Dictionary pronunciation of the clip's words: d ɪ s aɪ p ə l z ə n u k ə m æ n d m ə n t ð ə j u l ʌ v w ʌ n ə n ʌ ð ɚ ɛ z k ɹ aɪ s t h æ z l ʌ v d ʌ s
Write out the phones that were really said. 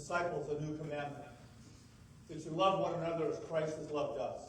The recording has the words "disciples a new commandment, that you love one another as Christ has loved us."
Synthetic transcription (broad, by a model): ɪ s aɪ p l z ə n u k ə m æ n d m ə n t ð ə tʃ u l ʌ v w ʌ n ə n ʌ ð ɚ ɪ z k ɹ aɪ s t h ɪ z l ʌ v d ʌ s